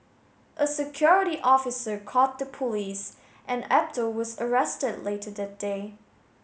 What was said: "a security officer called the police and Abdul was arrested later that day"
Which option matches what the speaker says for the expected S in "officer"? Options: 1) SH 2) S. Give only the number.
2